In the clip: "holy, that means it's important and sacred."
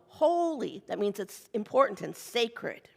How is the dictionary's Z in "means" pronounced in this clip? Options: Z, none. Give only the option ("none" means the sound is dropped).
Z